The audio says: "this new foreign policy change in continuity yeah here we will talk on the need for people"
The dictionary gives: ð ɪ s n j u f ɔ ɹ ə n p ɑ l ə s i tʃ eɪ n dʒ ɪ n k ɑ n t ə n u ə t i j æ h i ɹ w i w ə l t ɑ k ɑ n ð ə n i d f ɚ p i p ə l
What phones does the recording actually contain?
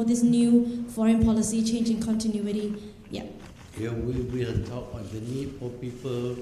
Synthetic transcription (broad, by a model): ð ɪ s n j u f ɔ ɹ ə n p ɑ l ə s i tʃ eɪ n dʒ ɪ n k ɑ n t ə n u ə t i j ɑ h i w i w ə n t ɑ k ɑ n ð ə n i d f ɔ p i p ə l